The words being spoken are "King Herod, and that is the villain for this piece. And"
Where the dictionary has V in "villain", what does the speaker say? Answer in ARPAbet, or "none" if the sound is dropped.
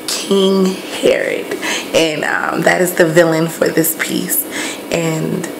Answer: V